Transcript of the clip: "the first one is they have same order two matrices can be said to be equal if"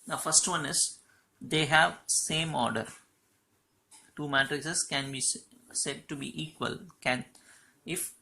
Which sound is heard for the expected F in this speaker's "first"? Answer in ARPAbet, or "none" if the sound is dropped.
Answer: F